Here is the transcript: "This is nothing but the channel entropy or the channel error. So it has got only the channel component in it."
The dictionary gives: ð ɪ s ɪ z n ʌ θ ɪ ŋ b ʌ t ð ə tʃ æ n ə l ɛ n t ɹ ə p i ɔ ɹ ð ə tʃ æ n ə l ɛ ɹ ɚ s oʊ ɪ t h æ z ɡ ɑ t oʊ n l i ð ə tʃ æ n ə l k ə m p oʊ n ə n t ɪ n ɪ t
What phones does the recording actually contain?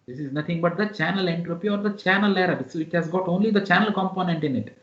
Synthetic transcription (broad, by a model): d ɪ s ɪ z n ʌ t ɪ ŋ b ʌ t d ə tʃ æ n ə l ɛ n t ɹ ə p i ɔ ɹ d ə tʃ æ n ə l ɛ ɹ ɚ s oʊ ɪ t h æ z ɡ ɑ t oʊ n l i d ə tʃ æ n ə l k ə m p oʊ n ə n t ɪ n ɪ t